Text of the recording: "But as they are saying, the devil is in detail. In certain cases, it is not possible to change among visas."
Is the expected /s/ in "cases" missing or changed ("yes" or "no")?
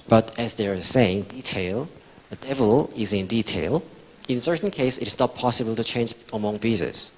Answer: yes